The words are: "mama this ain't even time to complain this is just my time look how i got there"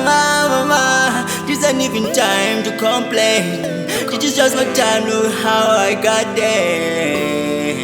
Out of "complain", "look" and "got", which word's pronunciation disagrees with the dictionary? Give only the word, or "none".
look